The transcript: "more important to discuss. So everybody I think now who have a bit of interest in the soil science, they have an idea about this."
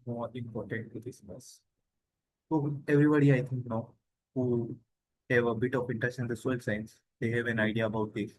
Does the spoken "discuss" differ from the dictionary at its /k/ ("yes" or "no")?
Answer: yes